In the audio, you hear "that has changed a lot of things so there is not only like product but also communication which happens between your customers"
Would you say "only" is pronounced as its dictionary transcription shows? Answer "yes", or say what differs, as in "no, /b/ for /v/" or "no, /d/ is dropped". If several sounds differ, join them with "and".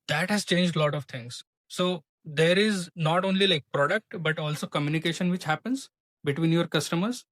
yes